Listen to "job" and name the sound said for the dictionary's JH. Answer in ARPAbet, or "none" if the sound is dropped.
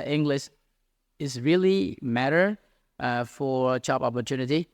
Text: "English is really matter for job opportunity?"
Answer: CH